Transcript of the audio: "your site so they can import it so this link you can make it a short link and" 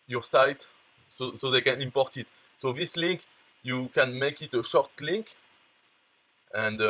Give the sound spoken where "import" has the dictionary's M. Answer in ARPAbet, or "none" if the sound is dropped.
M